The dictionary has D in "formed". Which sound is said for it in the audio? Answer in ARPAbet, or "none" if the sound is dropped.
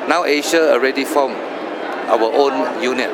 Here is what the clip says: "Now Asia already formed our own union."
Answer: none